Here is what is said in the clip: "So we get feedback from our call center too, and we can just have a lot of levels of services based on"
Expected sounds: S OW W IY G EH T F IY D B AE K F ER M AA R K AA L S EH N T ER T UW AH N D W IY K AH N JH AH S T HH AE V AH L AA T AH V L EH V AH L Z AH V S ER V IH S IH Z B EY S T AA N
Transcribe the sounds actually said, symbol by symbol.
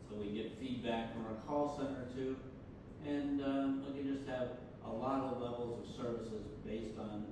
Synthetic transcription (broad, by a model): S OW W IY G EH T F IY D B AE K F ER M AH R K AA L S EH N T ER T UW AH N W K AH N JH AH S T HH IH V AH L AA T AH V L EH V L Z AH V S ER V IH S IH Z B EY S T N